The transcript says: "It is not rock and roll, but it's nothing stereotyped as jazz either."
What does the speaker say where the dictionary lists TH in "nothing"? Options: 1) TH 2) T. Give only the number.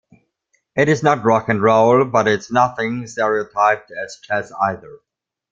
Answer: 1